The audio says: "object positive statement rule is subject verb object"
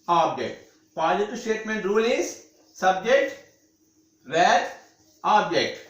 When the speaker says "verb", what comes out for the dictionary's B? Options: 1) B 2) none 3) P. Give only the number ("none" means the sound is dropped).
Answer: 2